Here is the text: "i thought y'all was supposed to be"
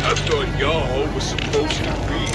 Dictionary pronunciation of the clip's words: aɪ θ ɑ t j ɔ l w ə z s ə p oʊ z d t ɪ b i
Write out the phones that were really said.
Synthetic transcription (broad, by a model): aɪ t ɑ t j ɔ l w ə z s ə p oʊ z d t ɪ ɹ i